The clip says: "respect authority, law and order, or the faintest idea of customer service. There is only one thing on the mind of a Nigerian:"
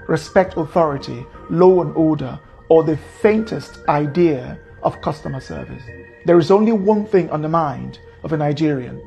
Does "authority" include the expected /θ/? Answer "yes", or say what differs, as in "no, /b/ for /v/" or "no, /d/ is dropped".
yes